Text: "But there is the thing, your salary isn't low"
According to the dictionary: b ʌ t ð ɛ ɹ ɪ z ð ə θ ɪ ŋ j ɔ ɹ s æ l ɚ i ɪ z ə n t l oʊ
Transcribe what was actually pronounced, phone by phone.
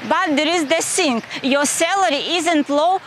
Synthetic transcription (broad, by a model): b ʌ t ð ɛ ɹ ɪ z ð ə s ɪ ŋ j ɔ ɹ s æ l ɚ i ɪ z ə n t l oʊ